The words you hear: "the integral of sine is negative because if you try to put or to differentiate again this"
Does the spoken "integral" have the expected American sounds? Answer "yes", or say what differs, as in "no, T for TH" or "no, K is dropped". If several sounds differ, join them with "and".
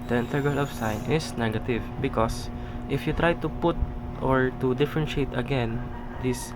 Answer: no, R is dropped